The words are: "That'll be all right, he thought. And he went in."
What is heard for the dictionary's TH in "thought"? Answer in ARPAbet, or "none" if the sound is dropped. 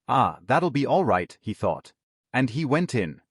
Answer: TH